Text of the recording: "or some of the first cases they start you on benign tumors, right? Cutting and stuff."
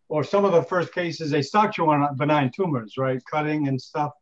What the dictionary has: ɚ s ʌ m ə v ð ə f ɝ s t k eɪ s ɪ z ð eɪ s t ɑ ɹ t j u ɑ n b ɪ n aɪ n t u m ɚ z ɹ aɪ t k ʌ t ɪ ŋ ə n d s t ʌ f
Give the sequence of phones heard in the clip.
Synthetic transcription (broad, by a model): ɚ s ʌ m ə v ð ə f ɝ s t k eɪ s ɪ z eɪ s t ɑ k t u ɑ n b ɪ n aɪ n t u m ɚ z ɹ aɪ t k ʌ t ɪ ŋ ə n s t ʌ f